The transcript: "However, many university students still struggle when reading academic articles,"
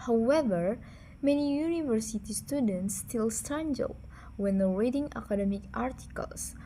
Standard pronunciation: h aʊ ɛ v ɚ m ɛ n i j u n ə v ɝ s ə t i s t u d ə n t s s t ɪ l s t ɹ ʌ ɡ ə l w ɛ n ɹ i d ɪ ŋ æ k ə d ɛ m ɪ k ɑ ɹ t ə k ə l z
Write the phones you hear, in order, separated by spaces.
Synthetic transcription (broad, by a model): h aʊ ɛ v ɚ m ɛ n i j u n ə v ɝ s ə t i s t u d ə n t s s t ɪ l s t ɑ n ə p w ɛ n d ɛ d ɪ ŋ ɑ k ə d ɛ m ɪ k ɑ ɹ t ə k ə l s